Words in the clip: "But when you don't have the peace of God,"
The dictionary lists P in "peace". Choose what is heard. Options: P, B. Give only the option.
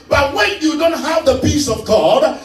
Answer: P